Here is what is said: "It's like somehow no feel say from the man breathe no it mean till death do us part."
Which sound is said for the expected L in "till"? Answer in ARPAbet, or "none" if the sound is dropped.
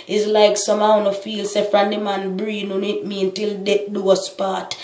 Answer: L